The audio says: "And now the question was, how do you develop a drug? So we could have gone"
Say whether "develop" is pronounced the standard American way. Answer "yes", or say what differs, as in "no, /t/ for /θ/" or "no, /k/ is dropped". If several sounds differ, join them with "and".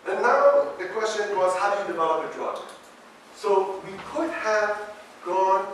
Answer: no, /p/ is dropped